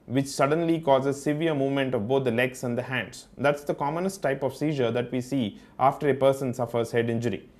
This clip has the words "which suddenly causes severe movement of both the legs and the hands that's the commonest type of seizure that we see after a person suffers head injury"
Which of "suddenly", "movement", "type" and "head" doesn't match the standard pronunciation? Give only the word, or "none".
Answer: none